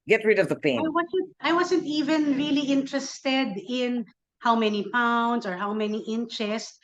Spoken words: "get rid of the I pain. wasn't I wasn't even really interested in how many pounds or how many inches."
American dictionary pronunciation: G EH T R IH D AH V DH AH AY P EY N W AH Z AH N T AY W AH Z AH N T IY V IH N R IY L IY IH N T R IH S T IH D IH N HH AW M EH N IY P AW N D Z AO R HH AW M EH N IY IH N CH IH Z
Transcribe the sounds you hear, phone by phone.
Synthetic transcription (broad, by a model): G EH T R IH D AH V DH AH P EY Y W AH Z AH N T AY W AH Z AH N T IY V IH N R IY L IY IH N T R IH S T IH D IH N HH AW M EH N IY P AW N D S AO R HH AW M EH N IY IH N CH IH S